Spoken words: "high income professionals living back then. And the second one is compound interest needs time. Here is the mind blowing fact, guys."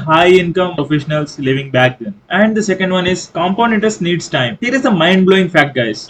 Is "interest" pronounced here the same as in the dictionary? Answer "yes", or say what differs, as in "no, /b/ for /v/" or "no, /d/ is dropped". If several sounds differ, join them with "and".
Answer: no, /ɹ/ is dropped